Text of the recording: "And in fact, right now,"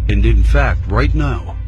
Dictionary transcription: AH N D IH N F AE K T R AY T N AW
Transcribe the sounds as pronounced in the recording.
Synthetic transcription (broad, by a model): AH N D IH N F AE K T R AY T N AW